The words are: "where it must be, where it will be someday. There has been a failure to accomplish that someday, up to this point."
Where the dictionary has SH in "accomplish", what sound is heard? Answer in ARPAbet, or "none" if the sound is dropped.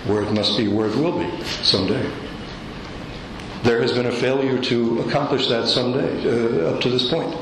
SH